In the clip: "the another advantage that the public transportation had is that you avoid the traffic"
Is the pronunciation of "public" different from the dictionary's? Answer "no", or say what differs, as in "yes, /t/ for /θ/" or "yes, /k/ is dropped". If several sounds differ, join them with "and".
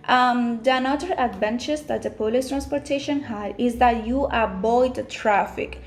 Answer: yes, /b/ is dropped